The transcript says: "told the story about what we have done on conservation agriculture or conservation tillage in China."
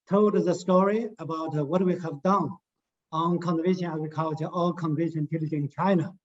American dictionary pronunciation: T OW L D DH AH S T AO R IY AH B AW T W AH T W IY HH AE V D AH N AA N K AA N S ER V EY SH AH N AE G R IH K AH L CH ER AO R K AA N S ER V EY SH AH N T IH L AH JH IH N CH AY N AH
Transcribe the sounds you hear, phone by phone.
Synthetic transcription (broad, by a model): T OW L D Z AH S T AO R IY AH B AW T W AH T W IY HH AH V D AH N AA N K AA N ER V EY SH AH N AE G R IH K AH L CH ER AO L K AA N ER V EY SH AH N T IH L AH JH IH N CH AY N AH